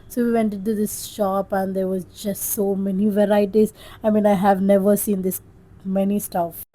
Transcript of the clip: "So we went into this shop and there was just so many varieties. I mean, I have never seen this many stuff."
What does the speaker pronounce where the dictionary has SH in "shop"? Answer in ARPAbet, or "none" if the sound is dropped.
SH